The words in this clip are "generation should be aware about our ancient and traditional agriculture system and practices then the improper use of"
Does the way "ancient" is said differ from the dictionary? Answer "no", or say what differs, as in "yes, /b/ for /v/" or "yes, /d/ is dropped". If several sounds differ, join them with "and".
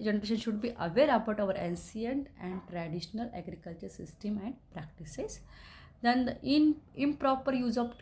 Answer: yes, /s/ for /ʃ/